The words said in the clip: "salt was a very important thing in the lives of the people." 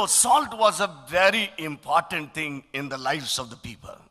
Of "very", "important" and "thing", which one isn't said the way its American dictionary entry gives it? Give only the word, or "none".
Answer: thing